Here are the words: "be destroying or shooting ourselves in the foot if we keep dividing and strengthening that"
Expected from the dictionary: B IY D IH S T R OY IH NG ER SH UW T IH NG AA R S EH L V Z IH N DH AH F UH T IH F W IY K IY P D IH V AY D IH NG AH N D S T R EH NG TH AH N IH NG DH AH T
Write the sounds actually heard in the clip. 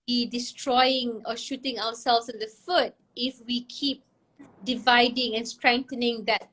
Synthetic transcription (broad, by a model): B IY D IH S T R OY IH NG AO SH UW T IH NG AA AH S EH L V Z IH N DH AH F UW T IH F W IY K IY P D IH V AY D IH NG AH N S T R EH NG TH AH N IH NG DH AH T